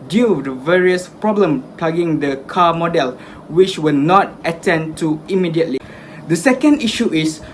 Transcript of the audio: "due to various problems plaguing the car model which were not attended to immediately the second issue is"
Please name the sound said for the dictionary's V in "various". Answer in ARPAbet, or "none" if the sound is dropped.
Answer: V